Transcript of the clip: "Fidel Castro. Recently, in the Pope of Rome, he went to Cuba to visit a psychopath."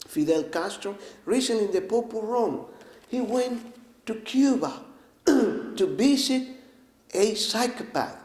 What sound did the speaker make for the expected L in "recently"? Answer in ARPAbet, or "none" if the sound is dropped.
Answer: none